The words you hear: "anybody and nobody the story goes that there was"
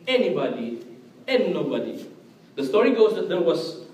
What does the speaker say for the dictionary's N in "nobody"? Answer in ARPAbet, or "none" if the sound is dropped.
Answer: N